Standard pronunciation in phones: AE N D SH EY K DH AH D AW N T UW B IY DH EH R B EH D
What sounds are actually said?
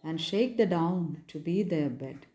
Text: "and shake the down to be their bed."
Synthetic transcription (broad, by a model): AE N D SH EY K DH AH D AW N T UW B IY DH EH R B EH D